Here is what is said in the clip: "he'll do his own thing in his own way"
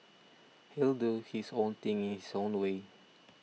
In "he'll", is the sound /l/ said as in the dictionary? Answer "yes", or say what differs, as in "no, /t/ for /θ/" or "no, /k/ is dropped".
yes